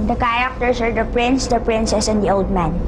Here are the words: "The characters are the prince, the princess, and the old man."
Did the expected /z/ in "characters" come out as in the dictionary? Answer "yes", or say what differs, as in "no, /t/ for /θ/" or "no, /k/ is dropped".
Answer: no, /s/ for /z/